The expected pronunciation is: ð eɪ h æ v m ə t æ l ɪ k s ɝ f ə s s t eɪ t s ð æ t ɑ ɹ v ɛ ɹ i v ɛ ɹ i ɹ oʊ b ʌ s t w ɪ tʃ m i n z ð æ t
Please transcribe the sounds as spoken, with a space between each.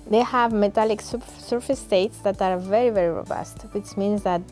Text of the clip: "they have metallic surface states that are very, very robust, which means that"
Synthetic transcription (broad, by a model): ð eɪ h æ v m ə t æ l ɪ k s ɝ f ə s s t eɪ t s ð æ t ɑ ɹ v ɛ ɹ i v ɛ ɹ i ɹ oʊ b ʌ s t w ɪ tʃ m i n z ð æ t